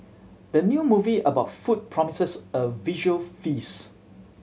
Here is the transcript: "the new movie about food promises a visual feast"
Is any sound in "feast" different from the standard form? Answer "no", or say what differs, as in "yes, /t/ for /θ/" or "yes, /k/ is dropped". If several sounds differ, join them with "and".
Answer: yes, /t/ is dropped